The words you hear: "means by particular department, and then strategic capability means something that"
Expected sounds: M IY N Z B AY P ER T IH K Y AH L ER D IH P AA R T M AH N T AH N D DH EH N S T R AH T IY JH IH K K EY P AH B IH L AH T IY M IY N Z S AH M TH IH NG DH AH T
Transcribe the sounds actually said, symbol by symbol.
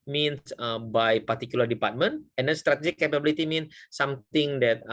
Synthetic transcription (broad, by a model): M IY N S B AY P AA T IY K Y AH L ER D IH P AA R T M AH N T AH N D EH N S T R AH T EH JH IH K K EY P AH B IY L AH T IY M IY N S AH M T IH NG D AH T